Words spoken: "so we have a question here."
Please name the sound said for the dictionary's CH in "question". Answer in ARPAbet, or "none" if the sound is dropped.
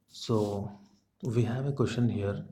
SH